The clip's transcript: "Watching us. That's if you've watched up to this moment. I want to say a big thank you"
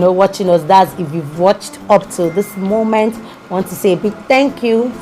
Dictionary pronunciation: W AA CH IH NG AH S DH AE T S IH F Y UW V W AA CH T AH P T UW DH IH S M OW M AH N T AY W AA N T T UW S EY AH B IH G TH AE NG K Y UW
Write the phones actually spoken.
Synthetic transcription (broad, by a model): W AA CH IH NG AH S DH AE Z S IH F Y UW V W AA CH T AH P T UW DH IH S M OW M AH N T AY W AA N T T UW S EY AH B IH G TH AE NG K Y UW